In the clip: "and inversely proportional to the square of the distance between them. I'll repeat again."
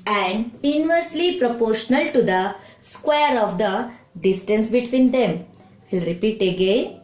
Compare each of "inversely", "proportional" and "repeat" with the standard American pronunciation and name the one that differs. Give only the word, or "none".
none